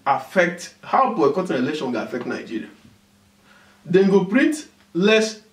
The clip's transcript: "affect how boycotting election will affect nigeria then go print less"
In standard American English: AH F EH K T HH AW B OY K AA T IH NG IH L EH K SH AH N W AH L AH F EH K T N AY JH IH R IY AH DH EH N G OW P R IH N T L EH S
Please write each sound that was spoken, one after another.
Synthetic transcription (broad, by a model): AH F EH K T HH AW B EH K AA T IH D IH L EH SH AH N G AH AH F EH K T N AY JH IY R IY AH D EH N G OW P R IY N T L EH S